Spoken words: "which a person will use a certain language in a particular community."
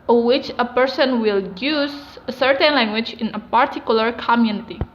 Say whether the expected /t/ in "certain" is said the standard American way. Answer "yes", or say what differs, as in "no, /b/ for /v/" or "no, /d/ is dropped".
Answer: yes